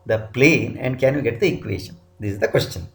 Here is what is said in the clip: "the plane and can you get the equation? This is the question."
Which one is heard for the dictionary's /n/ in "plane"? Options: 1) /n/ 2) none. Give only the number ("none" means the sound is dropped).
1